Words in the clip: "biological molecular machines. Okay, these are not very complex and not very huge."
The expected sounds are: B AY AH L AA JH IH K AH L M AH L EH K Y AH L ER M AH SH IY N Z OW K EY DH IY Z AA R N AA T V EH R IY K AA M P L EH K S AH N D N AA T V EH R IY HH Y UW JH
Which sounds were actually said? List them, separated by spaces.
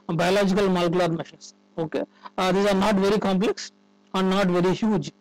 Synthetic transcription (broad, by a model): B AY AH L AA JH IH K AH L M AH L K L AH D M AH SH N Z OW K EY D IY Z AA R N AA T V EH R IY K AA M P L EH K S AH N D N AA T V EH R IY HH Y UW JH